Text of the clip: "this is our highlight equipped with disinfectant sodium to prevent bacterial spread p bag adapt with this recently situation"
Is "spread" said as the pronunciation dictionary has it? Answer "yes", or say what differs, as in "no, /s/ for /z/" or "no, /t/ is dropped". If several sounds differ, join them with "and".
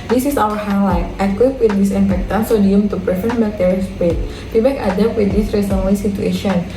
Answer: no, /ɹ/ is dropped